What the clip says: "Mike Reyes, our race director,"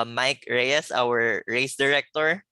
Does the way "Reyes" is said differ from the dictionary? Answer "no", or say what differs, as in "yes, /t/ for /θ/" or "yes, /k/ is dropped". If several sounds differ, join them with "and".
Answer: no